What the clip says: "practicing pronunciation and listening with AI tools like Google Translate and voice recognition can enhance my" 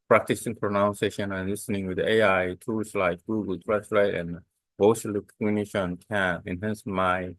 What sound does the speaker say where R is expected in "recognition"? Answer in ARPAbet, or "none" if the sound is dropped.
L